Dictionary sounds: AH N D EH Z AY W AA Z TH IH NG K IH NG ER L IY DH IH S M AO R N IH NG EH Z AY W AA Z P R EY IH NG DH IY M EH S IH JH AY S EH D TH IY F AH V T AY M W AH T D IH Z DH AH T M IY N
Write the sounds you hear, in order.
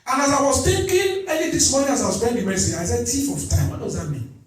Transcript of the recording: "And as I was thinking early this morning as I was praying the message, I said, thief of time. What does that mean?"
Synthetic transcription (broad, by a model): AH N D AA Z AY W AA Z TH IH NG K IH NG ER N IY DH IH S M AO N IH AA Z AY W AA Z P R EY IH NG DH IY M EH S IH JH AY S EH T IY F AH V T AY M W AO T D IH Z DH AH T M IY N